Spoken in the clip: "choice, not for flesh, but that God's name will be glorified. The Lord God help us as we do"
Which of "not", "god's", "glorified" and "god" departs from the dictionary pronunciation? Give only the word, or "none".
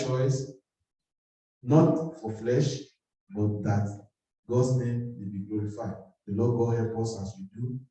god's